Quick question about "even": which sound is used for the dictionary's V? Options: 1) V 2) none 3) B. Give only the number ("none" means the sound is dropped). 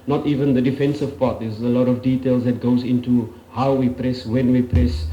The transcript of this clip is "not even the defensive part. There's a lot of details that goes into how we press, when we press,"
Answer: 1